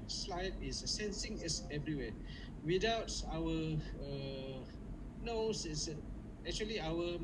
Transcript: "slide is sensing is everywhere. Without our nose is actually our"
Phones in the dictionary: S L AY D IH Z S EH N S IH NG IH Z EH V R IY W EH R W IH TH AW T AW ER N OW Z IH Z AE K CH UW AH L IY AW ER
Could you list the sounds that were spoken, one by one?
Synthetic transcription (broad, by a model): S L AY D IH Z S EH N S IH NG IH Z EH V R IY W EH W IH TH AW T AW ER N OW S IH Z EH K CH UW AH L IY AW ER